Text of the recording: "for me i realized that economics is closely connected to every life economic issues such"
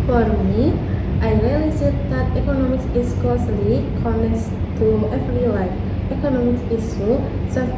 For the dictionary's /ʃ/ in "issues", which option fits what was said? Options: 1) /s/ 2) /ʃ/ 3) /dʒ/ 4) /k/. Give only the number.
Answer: 1